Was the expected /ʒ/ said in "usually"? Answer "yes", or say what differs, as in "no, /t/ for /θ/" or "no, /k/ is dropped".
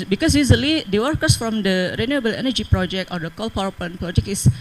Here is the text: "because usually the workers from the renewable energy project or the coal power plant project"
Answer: no, /z/ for /ʒ/